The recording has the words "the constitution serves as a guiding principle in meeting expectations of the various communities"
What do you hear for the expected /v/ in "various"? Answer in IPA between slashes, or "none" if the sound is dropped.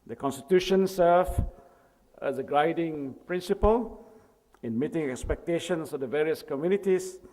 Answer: /v/